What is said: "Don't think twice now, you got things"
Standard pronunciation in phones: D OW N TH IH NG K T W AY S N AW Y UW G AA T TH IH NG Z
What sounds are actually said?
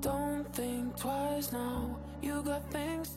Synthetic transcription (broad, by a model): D OW N TH IH NG K T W AY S N AW Y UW G AA T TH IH NG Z